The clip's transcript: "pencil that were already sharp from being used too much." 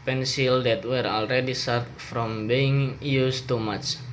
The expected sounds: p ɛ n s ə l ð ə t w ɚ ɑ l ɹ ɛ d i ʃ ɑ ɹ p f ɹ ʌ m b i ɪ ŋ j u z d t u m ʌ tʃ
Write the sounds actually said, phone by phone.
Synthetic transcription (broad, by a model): p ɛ n s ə l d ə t w ɚ ɑ l ɹ ɛ d i s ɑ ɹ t f ɹ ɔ m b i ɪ ŋ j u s t u m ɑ tʃ